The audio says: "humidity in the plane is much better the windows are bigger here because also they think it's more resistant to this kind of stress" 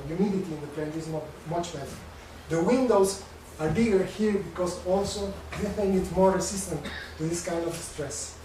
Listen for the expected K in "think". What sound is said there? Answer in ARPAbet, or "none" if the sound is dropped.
none